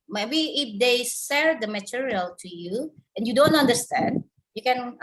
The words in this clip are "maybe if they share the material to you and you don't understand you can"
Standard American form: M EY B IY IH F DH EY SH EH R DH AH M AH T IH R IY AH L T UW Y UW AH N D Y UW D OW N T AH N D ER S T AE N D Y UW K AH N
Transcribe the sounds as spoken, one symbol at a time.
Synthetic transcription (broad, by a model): M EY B IY IH F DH EY S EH R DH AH M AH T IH R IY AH L T UW Y UW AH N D Y UW D OW N T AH N D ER S T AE N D Y UW K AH N